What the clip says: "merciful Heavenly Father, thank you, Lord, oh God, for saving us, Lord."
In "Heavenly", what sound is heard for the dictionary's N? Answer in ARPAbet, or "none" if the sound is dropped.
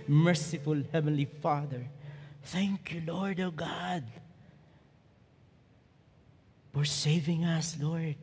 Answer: N